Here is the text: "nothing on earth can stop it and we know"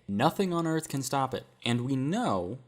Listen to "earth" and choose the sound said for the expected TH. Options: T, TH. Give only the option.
TH